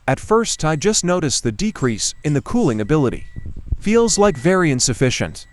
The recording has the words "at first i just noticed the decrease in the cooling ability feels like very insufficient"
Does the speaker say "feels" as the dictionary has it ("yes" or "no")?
yes